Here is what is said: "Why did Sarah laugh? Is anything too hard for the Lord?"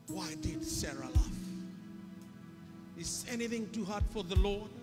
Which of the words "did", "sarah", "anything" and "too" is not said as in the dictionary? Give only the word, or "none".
none